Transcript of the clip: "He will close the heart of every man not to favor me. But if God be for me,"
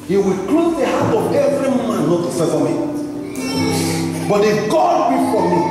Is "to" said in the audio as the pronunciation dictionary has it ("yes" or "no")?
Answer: no